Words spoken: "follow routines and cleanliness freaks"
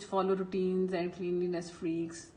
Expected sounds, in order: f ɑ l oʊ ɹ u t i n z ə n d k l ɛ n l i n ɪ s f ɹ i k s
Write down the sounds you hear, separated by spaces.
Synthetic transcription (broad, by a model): f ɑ l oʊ ɹ u t i n z ə n d k l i n l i n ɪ s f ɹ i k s